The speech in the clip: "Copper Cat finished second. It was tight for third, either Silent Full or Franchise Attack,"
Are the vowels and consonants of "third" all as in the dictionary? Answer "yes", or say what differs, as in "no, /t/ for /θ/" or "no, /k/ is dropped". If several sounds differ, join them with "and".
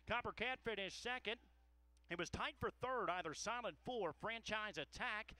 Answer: yes